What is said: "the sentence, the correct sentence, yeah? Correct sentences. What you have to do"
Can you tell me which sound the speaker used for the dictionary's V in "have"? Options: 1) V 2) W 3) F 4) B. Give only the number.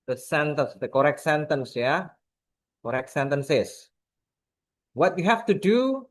3